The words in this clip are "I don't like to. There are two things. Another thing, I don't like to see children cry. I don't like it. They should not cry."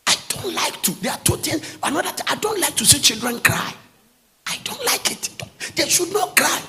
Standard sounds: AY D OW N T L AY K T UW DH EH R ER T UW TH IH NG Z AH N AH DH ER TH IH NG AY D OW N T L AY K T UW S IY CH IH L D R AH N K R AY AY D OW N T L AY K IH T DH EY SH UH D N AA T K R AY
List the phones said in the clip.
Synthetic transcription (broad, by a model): AY D OW N T L AY K T UW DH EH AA T UW T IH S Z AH N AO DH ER T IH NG AY D OW N T L AY K T UW S IY CH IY L D R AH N K R AY AY D OW N T L AY K IH T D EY SH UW D N AA T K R AY